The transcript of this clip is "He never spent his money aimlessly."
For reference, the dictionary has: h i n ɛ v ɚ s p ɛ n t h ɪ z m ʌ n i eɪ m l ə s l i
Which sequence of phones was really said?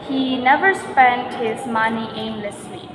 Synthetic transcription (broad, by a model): h i n ɛ v ɚ s p ɛ n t h ɪ z m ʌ n i eɪ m l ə s l i